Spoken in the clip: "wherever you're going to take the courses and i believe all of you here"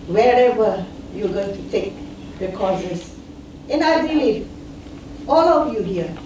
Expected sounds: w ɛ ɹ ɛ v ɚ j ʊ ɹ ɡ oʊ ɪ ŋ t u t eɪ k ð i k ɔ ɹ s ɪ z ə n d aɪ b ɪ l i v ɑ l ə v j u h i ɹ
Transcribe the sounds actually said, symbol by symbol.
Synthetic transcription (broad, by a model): w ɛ ɹ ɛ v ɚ j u ɡ oʊ ɪ ŋ t u t eɪ k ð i k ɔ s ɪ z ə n aɪ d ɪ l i ɑ l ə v j u h i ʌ